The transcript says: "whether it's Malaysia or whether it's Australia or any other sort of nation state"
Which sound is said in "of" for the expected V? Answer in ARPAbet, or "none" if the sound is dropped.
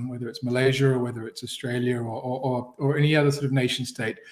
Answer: V